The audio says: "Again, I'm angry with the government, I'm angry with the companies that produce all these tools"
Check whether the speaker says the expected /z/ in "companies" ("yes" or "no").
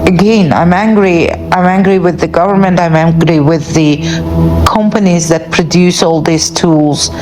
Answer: yes